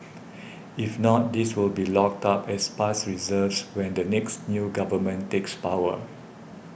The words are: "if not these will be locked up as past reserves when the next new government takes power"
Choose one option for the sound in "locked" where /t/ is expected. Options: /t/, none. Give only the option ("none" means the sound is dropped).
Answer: /t/